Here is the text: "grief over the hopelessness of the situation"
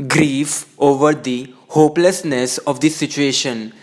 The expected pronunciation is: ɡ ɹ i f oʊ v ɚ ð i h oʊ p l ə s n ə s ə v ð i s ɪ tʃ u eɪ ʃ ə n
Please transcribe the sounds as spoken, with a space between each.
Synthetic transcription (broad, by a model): ɡ ɹ i f oʊ v ɚ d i h oʊ p l ə s n ə s ə v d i s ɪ tʃ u eɪ ʃ ə n